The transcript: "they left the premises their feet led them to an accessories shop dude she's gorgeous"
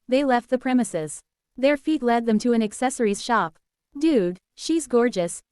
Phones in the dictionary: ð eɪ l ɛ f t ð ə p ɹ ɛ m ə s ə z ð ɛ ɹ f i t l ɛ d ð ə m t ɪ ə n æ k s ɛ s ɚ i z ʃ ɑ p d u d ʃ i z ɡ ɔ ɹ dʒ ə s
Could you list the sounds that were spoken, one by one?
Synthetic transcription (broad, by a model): ð eɪ l ɛ f t ð ə p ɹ ɛ m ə s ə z ð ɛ ɹ f i t l ɛ d ð ə m t ɪ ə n æ k s ɛ s ɚ i z ʃ ɑ p d u d ʃ i z ɡ ɔ ɹ dʒ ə s